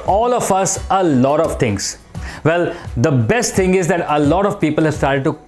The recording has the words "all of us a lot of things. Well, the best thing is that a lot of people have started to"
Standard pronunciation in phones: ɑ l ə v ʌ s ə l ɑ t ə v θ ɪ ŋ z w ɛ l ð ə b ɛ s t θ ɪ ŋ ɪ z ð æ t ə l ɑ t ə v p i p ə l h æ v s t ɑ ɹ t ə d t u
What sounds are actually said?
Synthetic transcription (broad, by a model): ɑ l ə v ʌ s ə l ɑ t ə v t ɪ ŋ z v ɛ l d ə b ɛ s t t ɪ ŋ ɪ z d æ t ə l ɑ t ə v p i p ə l h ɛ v s t ɑ ɹ t ə d t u